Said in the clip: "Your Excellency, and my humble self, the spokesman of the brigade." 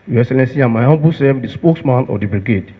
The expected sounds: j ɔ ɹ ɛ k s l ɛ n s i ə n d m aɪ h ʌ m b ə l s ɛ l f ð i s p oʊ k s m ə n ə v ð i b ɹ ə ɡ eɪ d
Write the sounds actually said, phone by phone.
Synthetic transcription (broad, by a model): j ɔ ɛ k s l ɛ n s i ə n m aɪ h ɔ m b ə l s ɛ f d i s p oʊ k s m ə n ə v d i b ɹ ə ɡ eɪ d